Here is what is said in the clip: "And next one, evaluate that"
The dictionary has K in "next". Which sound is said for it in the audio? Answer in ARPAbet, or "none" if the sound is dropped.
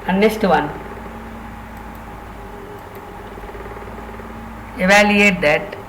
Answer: none